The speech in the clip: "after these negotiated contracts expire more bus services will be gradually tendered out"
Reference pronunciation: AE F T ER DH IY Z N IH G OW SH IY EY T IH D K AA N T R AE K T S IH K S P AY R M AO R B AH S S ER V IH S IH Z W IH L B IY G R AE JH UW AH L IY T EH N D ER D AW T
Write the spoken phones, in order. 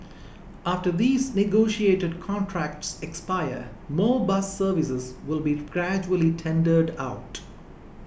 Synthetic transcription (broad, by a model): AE F T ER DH IY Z N IH G OW SH IY EY T IH D K AA N T R AE K T S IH K S P AY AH M AO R B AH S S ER V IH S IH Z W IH L B IY G R AE JH UW AH L IY T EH N D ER D AW T